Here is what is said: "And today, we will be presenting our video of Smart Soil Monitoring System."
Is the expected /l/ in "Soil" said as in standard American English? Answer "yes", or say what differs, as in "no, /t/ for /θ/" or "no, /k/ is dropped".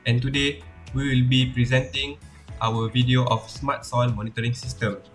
no, /n/ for /l/